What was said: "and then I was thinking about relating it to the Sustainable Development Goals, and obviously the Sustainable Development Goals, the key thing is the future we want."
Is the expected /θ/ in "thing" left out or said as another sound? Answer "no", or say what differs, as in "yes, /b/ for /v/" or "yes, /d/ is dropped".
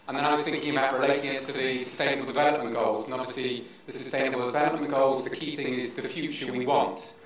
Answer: no